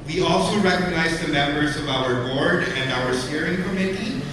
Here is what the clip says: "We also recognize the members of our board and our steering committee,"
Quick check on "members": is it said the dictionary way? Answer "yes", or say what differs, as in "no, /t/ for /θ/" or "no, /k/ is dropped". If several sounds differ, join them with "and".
yes